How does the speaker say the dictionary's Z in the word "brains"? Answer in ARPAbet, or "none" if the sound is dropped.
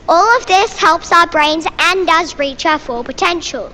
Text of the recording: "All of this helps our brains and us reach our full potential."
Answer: Z